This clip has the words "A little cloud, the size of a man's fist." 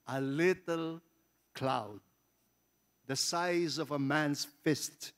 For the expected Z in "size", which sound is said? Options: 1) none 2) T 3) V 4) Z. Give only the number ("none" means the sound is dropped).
4